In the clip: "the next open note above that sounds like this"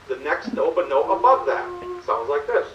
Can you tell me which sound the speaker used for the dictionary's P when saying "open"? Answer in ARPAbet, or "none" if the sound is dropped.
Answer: B